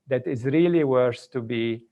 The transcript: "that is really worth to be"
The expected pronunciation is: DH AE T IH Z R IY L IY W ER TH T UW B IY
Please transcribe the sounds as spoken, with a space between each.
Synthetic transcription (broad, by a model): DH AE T IH Z R IY L IY W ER S T UW B IY